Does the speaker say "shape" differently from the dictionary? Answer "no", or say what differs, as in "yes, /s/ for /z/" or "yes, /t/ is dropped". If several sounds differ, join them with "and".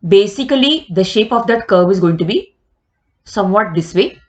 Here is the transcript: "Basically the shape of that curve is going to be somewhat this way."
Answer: no